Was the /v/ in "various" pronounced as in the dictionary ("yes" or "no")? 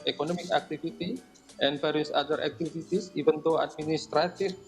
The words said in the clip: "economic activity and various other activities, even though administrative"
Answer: no